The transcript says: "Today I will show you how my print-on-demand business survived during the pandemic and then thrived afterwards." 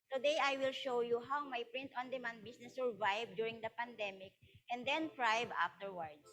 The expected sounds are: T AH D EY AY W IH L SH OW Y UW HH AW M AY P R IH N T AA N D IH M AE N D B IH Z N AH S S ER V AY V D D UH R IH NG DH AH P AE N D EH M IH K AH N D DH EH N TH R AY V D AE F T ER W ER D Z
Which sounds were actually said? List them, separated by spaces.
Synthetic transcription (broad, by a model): T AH D EY AY W IH L SH OW Y UW HH AW M AY P R IH N T AA N D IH M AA N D B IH S N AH S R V AY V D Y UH R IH NG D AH P AE N D EH M IH K AH N D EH N T R AY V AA F T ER W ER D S